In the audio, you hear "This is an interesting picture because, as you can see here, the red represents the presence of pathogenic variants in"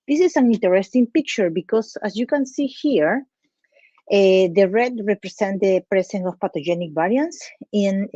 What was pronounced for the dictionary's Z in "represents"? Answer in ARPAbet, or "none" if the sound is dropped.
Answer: S